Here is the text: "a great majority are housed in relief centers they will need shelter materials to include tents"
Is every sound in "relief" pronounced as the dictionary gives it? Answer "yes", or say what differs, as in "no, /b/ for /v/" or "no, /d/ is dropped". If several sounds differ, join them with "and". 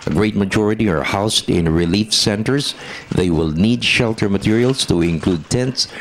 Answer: yes